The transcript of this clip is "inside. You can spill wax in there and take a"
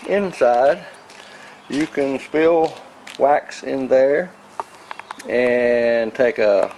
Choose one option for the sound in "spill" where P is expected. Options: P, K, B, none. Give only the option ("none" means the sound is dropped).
P